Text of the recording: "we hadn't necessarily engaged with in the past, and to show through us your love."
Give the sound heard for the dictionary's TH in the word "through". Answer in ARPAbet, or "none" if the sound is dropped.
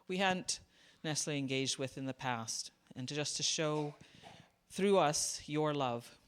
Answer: TH